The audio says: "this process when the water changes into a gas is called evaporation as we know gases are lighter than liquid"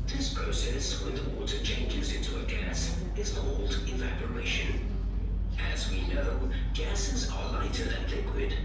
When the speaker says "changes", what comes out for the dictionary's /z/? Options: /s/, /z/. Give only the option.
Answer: /z/